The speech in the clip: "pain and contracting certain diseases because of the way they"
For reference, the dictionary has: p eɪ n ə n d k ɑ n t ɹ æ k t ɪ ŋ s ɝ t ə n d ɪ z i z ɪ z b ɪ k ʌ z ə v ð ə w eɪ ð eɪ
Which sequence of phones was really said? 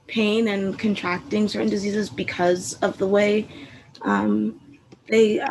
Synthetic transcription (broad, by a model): p eɪ n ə n k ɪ n t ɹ æ k t ɪ ŋ s ɝ t n d ɪ z i z ɪ z b ɪ k ʌ z ə v ð ə w eɪ ð eɪ